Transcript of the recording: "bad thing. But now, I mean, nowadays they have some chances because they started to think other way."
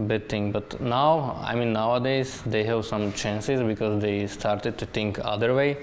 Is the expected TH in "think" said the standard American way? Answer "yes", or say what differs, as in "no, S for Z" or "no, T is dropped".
no, T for TH